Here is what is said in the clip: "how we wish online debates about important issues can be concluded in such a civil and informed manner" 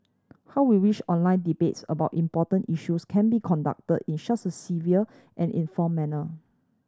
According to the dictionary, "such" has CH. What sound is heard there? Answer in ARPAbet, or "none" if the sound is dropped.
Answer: S